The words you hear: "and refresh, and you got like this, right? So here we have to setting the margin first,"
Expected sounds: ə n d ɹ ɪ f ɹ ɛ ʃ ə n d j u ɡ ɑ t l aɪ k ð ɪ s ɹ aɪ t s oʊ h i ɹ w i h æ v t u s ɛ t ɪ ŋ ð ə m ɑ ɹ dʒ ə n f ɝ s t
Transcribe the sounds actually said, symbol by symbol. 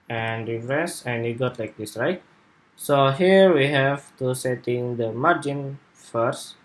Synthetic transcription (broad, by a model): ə n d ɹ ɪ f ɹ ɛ s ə n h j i ɡ ɑ t l aɪ k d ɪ s ɹ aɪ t s oʊ h i ɹ w i h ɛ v t u s ɛ t ɪ ŋ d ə m ɑ ɹ dʒ ə n f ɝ s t